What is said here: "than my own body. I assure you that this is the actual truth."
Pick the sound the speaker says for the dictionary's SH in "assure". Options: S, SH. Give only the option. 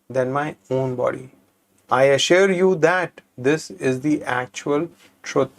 SH